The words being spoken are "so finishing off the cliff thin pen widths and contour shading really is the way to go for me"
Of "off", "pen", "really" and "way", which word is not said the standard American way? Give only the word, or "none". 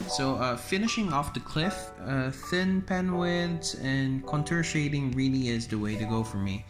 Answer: none